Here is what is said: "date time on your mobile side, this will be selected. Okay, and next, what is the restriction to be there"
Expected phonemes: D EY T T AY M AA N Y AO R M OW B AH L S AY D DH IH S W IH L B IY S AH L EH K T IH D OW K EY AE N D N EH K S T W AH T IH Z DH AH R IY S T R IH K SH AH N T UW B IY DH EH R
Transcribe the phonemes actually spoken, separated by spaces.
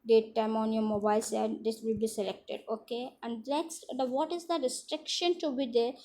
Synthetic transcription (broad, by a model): D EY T T AY M AA N Y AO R M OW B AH L S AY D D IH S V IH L B IY S AH L EH K T IH D OW K EY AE N D L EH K S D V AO T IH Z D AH R IY S T R IH K SH AH N T UW B IY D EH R